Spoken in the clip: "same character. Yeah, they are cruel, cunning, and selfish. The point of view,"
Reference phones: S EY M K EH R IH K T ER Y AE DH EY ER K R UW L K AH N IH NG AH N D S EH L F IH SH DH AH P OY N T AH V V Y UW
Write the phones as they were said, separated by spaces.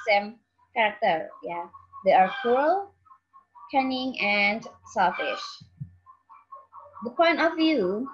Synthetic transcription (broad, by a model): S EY M K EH R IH K T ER Y AE DH EY ER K UW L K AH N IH NG AH N D S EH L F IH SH DH AH P OY N T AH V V Y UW